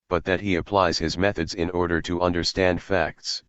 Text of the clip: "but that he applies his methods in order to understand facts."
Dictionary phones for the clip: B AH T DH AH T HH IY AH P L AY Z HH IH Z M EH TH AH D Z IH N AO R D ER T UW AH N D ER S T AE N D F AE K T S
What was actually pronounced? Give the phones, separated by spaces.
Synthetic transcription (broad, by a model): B AH T DH AH T HH IY AH P L AY Z HH IH Z M EH TH AH D Z IH N AO R D ER T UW AH N D ER S T AE N D F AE K T S